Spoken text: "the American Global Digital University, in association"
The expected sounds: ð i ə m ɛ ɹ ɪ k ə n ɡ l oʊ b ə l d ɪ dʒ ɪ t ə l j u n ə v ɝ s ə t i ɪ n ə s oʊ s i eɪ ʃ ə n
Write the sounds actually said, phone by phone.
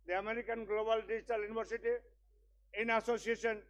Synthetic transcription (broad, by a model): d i ə m ɛ ɹ ɪ k ə n ɡ l oʊ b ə l d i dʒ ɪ t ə l j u n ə b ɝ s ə t i ɪ n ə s oʊ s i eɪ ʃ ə n